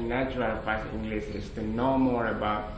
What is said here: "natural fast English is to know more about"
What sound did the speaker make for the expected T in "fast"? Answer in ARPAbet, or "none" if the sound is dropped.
none